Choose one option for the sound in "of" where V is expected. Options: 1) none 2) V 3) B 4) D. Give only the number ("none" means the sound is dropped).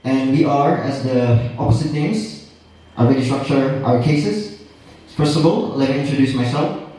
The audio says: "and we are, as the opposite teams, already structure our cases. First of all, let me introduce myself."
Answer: 3